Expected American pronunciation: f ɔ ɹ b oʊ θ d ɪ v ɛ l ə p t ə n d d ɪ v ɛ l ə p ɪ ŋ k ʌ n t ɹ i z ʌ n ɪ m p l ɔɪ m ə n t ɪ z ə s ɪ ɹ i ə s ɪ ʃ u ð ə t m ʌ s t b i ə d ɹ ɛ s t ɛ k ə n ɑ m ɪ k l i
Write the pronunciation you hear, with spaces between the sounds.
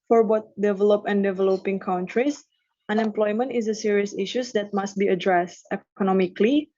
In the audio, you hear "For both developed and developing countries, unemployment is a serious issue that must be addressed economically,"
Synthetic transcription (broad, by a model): f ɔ ɹ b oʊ t d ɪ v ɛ l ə p ə n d d ɪ v ɛ l ə p ɪ ŋ k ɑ n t ɹ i s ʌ n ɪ m p l ɔɪ m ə n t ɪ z ə s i ɹ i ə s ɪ ʃ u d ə t m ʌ s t b i ə d ɹ ɛ s t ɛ k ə n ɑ m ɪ k l i